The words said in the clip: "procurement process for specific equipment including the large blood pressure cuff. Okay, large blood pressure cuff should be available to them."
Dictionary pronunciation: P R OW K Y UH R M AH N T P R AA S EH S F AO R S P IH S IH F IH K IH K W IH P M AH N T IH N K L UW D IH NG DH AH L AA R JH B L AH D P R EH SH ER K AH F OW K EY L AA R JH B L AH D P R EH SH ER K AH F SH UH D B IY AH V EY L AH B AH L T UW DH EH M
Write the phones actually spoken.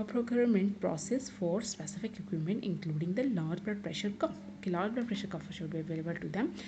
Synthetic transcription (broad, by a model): P R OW K Y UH R M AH N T P R AA S EH S F AO R S P IH S IH F IH K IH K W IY M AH N T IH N K L UW D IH NG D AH L AA R JH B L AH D P R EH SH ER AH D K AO L AA R JH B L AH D P R EH SH ER K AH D SH UH D B IY AH V EY L AH B AH L T UW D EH M